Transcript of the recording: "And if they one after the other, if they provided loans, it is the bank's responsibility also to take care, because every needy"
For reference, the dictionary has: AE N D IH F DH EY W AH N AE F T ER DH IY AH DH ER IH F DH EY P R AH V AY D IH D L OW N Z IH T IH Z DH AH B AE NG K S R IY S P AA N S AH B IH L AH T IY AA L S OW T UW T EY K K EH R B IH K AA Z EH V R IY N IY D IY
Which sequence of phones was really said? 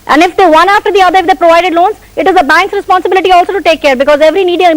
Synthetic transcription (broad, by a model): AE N D IH F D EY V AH N AE F T ER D IY AH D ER IH F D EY P R AH V AY D IH D L OW N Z IH T IH Z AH B AE NG K S R IY S P AA N S AH B IH L AH T IY AA L S OW T UW T EY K K EH R B IH K AA Z EH V R IY N IY D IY